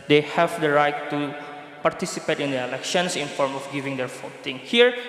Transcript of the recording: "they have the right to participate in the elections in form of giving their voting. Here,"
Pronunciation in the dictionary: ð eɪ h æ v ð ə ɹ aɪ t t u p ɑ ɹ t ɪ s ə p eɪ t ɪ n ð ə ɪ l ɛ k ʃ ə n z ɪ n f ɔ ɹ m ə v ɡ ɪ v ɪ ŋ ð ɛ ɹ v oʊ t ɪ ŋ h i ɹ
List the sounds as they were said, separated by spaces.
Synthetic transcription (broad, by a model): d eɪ h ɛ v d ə ɹ aɪ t t u p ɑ ɹ t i s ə p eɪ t ɪ n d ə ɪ l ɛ k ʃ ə n s ɪ n f ɔ ɹ m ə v ɡ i v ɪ ŋ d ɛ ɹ f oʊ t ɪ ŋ h i ɹ